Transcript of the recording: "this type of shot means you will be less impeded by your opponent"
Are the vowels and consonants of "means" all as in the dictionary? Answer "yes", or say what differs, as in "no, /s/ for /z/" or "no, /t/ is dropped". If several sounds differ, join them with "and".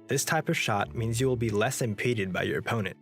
yes